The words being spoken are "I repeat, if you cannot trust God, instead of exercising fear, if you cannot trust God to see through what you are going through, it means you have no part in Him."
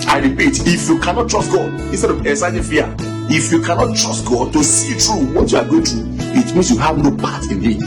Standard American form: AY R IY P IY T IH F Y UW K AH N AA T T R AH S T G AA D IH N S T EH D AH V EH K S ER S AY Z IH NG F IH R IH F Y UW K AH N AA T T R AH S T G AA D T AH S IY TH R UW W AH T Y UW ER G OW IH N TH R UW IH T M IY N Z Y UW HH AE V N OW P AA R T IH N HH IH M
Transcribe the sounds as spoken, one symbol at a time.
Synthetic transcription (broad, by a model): AY R IY P IY T IH F Y UW K AH N AA T T R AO S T G AA D IH N S T EH D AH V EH S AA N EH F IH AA IH F Y UW K AH N AA T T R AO S T G AA D T AH S IY T R UW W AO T Y UW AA G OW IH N T R UW IH T M IY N S Y UW HH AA V N OW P AA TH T IH N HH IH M